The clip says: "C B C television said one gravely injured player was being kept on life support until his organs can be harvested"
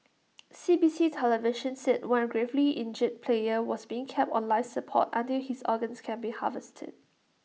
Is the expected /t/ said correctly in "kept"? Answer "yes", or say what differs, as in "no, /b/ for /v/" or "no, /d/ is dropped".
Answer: yes